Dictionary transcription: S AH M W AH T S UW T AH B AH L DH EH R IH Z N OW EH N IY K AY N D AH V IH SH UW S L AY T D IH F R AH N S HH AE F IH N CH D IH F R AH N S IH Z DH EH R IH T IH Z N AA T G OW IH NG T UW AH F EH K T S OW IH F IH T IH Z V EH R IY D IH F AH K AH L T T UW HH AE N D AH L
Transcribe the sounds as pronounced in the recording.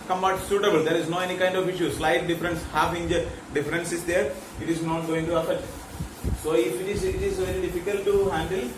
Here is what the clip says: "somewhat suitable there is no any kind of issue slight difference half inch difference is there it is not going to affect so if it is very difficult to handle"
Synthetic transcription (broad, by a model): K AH M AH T S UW T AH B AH L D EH R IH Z N OW EH N IY K AY N D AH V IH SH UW S L AY T D IH F R AH N S HH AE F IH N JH D IH F R AH N S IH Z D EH R IH T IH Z N AA T G OW IH NG T UW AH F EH T S OW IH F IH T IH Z V EH R IY D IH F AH K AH L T T UW HH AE N D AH L